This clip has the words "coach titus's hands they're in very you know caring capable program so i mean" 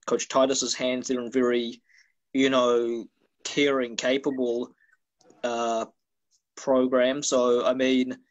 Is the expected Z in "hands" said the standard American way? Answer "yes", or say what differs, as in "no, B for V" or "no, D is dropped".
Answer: yes